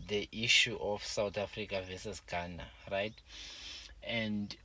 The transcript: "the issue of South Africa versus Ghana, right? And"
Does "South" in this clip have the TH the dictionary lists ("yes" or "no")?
no